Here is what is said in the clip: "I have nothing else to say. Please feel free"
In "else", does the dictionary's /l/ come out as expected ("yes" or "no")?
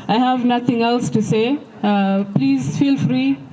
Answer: yes